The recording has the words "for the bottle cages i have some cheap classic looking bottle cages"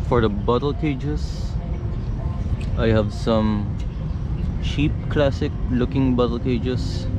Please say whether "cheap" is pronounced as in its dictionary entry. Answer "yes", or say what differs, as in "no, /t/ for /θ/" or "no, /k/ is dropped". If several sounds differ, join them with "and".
no, /ʃ/ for /tʃ/